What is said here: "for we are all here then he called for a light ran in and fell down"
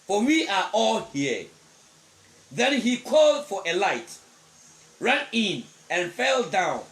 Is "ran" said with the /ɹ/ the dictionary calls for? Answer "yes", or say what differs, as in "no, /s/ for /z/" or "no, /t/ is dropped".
yes